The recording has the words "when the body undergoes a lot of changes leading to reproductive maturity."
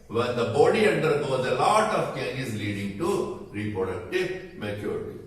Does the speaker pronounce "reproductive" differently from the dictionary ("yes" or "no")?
no